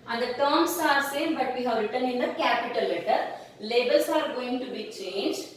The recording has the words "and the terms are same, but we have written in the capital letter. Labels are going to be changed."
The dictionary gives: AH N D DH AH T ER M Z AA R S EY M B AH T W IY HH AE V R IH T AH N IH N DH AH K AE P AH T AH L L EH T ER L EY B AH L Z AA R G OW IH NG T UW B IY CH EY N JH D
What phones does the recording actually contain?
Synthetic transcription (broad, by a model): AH N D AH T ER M S AA R S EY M B AH T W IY HH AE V R IH T AH N IH N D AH K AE P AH T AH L L EH T ER L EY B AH L S AA R G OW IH NG T UW B IY CH EY N JH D